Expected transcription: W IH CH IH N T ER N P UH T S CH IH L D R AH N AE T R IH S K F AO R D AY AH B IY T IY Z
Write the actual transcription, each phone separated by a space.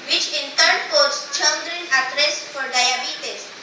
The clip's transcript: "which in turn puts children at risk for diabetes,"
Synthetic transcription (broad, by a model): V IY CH IH N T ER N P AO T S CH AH N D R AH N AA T R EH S F AO R D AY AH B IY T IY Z